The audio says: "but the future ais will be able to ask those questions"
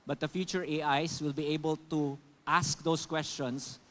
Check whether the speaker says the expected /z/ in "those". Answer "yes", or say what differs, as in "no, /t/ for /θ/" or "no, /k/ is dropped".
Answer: no, /s/ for /z/